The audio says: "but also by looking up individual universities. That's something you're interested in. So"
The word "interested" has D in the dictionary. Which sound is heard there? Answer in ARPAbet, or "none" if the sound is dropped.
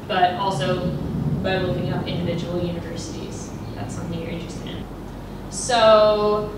none